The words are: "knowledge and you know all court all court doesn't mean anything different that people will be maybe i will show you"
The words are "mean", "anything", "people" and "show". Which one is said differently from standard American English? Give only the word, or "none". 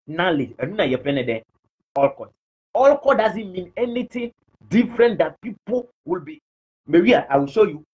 anything